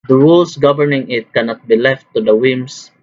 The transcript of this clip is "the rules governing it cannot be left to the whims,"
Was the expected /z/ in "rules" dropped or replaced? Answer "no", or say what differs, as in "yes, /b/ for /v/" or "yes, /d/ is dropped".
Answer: yes, /s/ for /z/